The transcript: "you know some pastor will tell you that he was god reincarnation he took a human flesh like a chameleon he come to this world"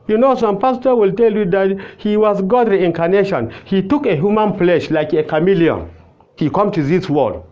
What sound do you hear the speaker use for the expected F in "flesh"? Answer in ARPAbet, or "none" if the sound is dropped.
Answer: P